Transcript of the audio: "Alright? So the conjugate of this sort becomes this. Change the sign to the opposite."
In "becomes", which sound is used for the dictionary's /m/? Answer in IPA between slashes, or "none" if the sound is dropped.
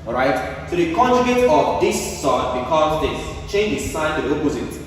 none